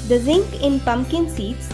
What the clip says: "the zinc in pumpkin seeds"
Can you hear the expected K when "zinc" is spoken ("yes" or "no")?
yes